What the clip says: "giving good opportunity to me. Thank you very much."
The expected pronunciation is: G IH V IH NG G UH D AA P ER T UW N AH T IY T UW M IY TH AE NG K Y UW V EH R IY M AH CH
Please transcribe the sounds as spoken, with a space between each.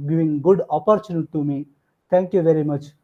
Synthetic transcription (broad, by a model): G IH V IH NG G UH D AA P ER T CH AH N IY T UW M IY T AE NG K Y UW V EH R IY M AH CH